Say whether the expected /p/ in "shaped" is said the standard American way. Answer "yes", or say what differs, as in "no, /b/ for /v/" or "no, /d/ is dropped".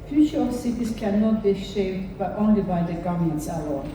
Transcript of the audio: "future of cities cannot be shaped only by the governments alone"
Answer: no, /b/ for /p/